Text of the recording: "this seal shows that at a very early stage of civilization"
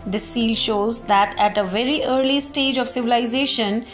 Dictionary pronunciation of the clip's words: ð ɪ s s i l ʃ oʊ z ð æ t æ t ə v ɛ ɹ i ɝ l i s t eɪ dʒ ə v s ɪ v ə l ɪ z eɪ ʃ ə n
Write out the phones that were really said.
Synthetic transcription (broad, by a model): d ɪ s s i l ʃ oʊ z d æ t æ t ə v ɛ ɹ i ɝ l i s t eɪ dʒ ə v s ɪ v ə l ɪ z eɪ ʃ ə n